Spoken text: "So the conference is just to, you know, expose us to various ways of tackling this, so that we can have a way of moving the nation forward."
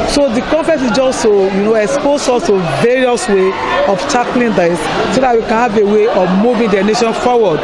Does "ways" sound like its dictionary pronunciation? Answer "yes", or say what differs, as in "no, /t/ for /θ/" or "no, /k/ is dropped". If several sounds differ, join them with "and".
no, /z/ is dropped